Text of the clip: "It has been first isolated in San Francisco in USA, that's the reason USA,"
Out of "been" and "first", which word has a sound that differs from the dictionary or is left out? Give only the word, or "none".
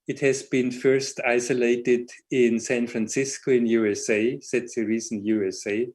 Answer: none